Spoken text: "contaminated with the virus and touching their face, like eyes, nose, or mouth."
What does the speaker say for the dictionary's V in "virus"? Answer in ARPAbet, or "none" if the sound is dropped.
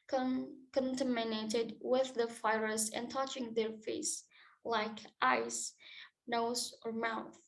F